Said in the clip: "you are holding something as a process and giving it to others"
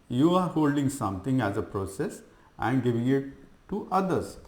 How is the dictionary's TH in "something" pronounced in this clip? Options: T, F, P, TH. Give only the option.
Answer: T